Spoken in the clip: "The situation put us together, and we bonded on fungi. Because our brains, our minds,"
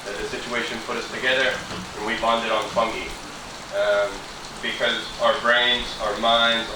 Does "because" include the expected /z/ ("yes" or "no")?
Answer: yes